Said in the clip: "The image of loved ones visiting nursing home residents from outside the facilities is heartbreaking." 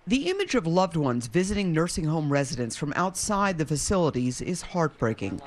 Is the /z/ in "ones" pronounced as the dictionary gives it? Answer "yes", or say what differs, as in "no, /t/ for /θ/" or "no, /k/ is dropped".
yes